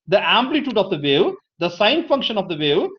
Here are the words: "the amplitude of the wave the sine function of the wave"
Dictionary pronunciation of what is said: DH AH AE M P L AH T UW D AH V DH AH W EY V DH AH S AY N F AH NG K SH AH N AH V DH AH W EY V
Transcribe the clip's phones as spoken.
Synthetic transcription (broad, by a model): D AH AE M P L AH T UW D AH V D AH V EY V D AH S AY N F AH NG K SH AH N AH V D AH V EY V